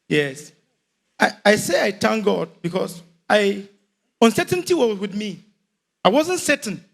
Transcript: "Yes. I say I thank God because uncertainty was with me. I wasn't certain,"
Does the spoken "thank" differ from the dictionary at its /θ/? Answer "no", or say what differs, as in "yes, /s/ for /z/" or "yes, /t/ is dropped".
yes, /t/ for /θ/